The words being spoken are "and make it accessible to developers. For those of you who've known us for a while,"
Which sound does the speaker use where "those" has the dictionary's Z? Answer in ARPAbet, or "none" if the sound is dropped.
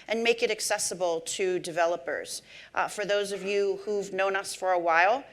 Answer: Z